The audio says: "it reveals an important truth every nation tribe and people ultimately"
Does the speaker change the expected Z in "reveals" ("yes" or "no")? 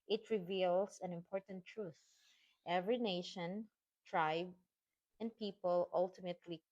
yes